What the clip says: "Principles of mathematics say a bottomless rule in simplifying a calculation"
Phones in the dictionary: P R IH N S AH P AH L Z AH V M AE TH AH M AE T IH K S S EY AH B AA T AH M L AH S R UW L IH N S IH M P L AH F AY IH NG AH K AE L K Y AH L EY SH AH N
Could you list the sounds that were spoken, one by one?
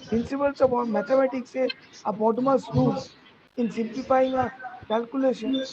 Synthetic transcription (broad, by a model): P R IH N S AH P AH L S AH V M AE T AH M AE T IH K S S EY AH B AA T M AH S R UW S IH N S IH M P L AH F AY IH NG AH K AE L K Y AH L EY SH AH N